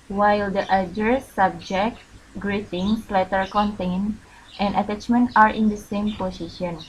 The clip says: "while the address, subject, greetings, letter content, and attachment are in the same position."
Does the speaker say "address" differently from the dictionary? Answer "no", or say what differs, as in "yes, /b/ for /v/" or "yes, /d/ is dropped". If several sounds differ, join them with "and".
yes, /ɹ/ is dropped